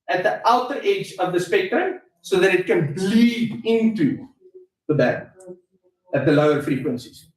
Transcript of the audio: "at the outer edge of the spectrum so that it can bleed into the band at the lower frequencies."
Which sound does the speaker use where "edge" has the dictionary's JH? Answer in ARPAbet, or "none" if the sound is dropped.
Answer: JH